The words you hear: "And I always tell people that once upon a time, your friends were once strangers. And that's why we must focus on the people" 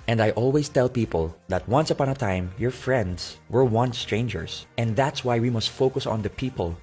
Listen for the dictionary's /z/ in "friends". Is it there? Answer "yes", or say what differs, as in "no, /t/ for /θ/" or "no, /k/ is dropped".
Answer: no, /s/ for /z/